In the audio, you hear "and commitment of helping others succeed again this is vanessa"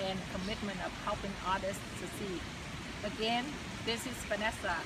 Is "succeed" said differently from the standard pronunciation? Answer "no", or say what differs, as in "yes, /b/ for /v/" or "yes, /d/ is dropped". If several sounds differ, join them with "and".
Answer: yes, /k/ is dropped and /d/ is dropped